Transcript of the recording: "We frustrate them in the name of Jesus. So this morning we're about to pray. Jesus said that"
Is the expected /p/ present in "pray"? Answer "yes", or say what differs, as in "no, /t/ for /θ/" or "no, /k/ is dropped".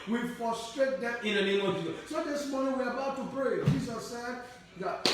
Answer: no, /b/ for /p/